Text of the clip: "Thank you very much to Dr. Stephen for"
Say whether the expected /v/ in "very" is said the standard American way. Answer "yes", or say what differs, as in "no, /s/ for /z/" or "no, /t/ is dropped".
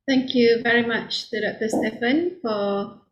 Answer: yes